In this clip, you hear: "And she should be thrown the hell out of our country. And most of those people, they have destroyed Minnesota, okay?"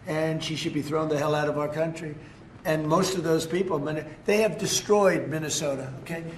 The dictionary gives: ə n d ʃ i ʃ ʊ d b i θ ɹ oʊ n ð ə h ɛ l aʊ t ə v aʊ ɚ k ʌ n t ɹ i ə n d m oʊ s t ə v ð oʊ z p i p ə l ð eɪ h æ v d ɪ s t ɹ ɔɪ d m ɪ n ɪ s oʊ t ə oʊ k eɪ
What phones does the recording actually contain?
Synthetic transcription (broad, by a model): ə n ʃ i ʃ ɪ d b i θ ɹ oʊ n ð ə h ɛ l aʊ t ə v aʊ ɚ k ʌ n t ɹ i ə n m oʊ s t ə v ð oʊ z p i p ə n ð eɪ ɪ v d ɪ s t ɹ ɔɪ d m ɪ n ɪ s oʊ t ə oʊ k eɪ